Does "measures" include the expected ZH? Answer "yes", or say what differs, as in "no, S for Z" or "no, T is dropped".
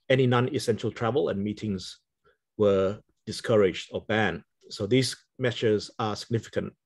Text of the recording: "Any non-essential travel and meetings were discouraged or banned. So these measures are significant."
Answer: no, S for ZH